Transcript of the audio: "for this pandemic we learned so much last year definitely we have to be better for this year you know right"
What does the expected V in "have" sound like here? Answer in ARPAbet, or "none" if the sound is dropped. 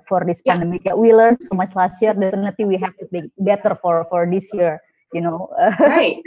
F